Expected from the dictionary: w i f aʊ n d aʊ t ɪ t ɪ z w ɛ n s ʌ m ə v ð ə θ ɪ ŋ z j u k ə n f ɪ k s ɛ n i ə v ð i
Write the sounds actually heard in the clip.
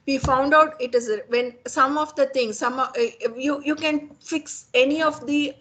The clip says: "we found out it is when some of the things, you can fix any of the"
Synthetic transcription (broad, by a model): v i f aʊ n d aʊ t ɪ t ɪ z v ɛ n s ʌ m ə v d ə t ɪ ŋ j j u k ə n f ɪ k s ɛ n i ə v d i